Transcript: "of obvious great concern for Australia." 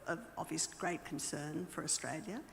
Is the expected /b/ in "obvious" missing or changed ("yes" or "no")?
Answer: yes